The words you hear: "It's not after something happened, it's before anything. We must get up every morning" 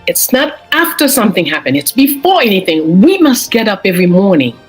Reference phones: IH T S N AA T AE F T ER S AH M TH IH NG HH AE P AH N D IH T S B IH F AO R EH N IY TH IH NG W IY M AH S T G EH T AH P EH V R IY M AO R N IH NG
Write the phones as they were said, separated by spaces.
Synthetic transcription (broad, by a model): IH T S N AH T AE F T ER S AH M TH IH NG HH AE P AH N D IH T S B IH F AO R EH N IY TH IH NG W IY M AH S T G EH T AH P EH V R IY M AO R N IH NG